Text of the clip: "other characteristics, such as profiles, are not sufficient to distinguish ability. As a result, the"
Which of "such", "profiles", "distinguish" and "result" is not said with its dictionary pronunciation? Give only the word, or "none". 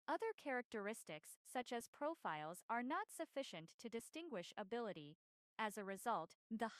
none